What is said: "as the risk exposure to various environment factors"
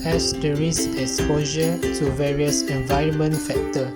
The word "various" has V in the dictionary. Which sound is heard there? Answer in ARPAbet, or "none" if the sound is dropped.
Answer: V